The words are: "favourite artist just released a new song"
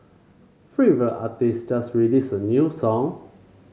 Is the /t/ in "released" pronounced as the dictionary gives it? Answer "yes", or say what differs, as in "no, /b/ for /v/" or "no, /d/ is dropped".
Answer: no, /t/ is dropped